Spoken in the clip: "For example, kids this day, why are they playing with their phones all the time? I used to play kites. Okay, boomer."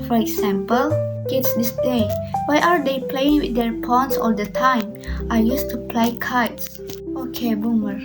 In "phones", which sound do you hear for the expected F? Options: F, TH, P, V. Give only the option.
P